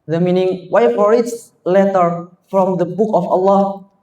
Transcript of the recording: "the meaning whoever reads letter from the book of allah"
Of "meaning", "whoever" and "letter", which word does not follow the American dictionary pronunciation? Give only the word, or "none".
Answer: whoever